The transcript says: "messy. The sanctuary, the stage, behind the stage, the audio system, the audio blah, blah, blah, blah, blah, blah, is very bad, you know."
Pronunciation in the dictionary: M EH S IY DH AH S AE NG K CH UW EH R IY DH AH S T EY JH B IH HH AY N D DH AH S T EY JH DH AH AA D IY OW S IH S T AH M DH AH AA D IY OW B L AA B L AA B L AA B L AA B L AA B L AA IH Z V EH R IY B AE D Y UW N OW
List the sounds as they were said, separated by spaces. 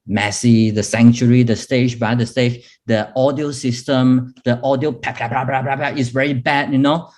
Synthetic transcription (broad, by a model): M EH S IY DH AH S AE NG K CH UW R IY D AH S T EY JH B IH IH D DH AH S T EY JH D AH AA D IY OW S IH S T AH M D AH AA D IY OW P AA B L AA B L AA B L AA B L AA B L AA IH S V EH R IY B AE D Y UW N OW